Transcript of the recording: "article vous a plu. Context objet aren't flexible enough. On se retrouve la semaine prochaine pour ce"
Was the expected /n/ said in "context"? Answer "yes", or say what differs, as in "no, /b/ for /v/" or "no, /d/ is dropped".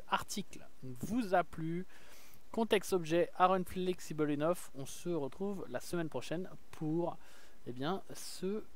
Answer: no, /n/ is dropped